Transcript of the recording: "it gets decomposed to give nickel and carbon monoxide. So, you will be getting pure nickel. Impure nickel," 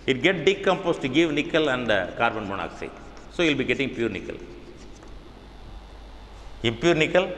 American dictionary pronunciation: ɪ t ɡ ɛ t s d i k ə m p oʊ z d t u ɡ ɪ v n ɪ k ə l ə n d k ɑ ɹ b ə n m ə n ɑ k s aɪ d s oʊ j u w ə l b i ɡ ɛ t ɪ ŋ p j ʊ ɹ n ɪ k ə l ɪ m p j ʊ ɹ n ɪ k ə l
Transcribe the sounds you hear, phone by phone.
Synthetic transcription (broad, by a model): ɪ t ɡ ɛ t d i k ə m p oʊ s t u ɡ ɪ v n ɪ k ə l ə n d k ɑ ɹ b ə n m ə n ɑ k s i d s oʊ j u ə l b i ɡ ɛ t ɪ ŋ p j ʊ ɹ n ɪ k ə l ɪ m p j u ɹ n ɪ k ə l